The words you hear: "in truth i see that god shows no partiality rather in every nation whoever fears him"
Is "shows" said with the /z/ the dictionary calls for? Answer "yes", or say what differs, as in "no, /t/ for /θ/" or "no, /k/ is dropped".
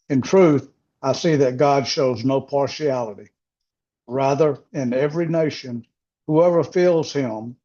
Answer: yes